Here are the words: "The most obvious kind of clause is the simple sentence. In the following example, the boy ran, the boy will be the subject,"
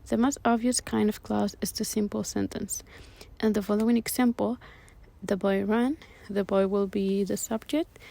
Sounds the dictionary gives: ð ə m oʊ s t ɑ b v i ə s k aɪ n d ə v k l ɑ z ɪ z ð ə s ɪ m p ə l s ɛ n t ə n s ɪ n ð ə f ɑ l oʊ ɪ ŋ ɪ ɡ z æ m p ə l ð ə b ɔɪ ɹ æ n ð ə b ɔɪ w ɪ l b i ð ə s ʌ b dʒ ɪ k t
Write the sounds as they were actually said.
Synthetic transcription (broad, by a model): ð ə m oʊ s t ɑ b v i ə s k aɪ n d ə v k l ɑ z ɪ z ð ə s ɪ m p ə l s ɛ n t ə n s ɪ n ð ə f ɑ l oʊ ɪ ŋ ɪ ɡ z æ m p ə l ð ə b ɔɪ ɹ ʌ n ð ə b ɔɪ w ɪ l b i ð ə s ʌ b dʒ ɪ k t